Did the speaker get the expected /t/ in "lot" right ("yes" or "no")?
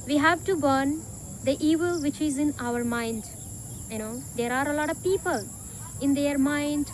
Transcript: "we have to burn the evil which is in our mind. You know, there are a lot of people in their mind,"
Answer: yes